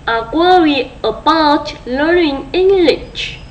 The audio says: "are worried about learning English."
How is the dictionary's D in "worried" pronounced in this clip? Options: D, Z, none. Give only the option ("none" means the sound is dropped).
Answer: none